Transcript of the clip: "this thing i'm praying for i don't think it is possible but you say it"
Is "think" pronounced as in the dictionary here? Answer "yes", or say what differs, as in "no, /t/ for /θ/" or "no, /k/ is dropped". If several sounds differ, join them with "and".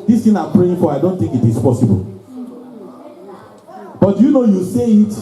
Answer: no, /t/ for /θ/